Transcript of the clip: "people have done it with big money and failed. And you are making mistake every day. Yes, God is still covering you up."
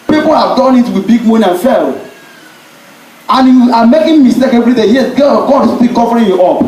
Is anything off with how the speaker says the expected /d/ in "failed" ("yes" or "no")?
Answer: yes